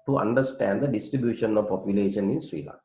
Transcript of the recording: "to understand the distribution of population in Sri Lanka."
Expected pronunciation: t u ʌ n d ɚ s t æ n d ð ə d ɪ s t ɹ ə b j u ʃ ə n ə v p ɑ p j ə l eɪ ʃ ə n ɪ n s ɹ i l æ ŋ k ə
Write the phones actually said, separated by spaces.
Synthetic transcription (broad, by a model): t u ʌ n d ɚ s t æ n d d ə d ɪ s t ɹ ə b j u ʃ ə n ə v p ɑ p j ə l eɪ ʃ ə n ɪ n s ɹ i l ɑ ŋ